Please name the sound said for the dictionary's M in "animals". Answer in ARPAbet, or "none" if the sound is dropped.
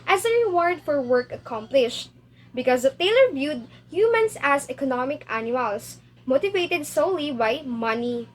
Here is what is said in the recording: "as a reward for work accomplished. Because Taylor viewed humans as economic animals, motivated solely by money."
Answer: none